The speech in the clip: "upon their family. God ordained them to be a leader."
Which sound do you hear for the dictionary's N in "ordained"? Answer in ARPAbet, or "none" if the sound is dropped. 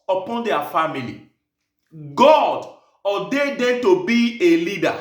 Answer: none